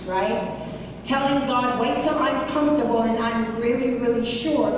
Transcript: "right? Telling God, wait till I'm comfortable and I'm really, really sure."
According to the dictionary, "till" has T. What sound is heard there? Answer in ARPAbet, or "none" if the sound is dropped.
S